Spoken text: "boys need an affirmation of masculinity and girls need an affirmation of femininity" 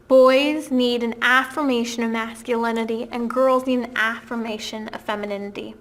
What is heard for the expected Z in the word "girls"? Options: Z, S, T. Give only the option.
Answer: Z